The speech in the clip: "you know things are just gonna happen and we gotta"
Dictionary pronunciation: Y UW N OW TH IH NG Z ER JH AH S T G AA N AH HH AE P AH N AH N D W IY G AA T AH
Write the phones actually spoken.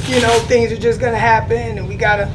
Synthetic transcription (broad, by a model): Y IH N OW TH IH NG Z ER JH AH S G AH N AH HH AE P AH N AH N W IY G AA T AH